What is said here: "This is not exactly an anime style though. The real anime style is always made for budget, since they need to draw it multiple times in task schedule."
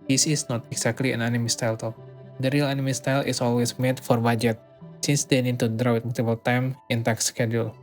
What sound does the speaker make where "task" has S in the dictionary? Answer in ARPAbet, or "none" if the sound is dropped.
none